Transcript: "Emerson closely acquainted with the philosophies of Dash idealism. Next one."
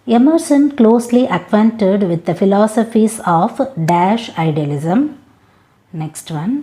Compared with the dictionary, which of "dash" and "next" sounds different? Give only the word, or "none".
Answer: none